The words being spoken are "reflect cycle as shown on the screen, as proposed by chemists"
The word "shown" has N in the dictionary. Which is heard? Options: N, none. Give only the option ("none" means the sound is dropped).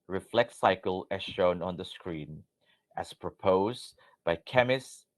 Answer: N